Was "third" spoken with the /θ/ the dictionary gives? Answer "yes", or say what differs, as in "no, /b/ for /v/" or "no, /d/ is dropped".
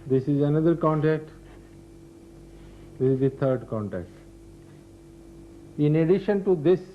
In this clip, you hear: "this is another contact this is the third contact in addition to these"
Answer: no, /t/ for /θ/